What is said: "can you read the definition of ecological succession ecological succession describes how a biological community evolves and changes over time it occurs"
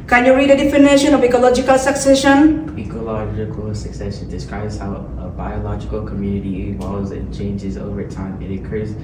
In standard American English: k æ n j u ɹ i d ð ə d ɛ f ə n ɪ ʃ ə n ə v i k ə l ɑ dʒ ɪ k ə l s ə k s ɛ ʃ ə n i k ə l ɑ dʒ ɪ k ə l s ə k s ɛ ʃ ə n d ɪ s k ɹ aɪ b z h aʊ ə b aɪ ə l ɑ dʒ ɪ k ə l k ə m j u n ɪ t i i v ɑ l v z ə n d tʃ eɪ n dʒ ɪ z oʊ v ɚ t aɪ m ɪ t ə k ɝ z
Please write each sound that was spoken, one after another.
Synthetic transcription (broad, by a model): k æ n j u ɹ i d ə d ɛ f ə n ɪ ʃ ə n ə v i k ə l ɑ dʒ ɪ k ə l s ə k s ɛ ʃ ə n i k ə l ɑ dʒ ɪ k ə l s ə k s ɛ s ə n d ɪ s k ɹ aɪ b z h aʊ ə b aɪ ə l ɑ dʒ ɪ k ə l k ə m j u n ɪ t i i w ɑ z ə n tʃ eɪ n dʒ ɪ z oʊ v ɚ t aɪ m ɪ t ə k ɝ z